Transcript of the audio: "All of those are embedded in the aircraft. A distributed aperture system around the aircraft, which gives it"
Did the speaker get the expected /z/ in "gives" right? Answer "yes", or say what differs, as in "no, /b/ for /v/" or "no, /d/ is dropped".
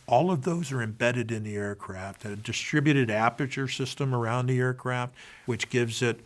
yes